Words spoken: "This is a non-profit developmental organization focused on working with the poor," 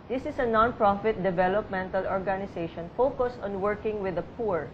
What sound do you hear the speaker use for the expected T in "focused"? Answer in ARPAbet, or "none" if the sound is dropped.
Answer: T